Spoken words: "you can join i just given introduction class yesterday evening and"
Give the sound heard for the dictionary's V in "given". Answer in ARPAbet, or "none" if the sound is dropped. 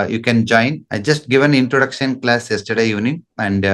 V